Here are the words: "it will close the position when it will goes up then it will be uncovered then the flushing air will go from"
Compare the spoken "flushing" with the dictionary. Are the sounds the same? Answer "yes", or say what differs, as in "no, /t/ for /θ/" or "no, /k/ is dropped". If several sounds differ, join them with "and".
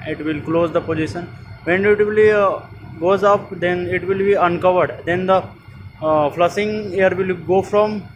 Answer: no, /s/ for /ʃ/